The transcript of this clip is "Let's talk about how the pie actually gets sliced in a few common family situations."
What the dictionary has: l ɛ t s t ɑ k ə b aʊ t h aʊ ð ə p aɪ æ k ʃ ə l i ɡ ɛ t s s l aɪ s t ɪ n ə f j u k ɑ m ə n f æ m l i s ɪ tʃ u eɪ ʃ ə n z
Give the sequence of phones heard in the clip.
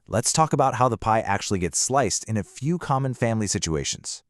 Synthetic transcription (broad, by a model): l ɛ t s t ɑ k ə b aʊ t h aʊ ð ə p aɪ æ k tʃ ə l i ɡ ɛ t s s l aɪ s t ɪ n ə f j u k ɑ m ə n f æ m l i s ɪ tʃ u eɪ ʃ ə n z